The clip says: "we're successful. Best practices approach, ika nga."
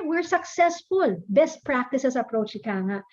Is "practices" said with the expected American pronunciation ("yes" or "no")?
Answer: no